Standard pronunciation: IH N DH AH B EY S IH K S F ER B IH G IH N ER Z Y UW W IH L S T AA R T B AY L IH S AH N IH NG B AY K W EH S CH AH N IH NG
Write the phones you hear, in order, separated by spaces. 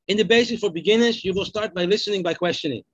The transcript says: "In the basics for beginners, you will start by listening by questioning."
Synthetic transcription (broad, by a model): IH N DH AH B EY S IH S F ER B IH G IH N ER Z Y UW W IH L S T AA R T B AY L IH S AH N IH NG B AY K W EH S CH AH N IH NG